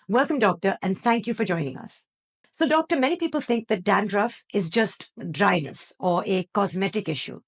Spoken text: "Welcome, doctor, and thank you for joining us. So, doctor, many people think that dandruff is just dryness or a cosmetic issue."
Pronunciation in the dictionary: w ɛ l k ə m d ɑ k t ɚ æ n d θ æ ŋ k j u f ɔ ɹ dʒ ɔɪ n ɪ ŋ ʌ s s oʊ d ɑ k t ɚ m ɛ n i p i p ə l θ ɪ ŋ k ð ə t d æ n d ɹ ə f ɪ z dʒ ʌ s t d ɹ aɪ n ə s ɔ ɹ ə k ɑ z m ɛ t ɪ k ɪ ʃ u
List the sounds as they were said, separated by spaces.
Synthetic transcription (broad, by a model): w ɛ l k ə m d ɑ k t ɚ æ n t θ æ ŋ k j u f ɔ ɹ dʒ ɔɪ n ɪ ŋ ʌ s s oʊ d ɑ k t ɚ m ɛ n i p i p ə l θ ɪ ŋ k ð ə t d æ n d ɹ ə f ɪ z dʒ ʌ s t d ɹ aɪ n ə s ɔ ɹ ə k ɑ z m ɛ t ɪ k ɪ ʃ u